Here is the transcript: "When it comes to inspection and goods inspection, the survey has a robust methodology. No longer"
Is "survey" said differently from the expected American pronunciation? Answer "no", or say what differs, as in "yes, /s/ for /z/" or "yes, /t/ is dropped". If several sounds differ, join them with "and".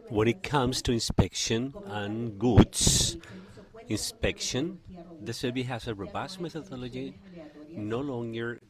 yes, /b/ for /v/